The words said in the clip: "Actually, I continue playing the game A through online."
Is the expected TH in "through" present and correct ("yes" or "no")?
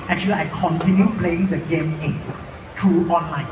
no